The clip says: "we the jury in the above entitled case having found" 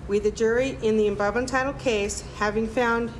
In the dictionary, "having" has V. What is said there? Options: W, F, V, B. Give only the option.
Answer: V